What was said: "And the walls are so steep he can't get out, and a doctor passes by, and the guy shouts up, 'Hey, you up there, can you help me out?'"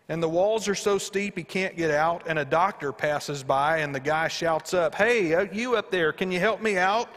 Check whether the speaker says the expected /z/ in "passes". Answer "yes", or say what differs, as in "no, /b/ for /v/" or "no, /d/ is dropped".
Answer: yes